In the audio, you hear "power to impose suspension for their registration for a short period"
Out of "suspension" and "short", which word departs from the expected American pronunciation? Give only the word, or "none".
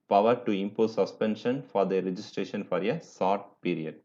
short